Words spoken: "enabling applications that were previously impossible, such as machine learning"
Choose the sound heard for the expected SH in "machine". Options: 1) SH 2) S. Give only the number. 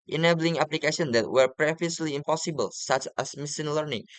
2